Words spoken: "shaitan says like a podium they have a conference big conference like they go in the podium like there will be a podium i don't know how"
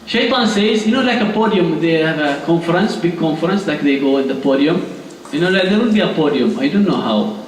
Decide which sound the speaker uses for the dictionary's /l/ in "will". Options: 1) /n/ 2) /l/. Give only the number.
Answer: 1